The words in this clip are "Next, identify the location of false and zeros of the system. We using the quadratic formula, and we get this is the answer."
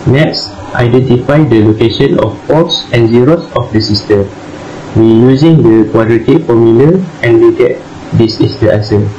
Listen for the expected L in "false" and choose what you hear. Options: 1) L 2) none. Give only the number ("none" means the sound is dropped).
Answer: 2